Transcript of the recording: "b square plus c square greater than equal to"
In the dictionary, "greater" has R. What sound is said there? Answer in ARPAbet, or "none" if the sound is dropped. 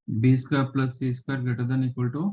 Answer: none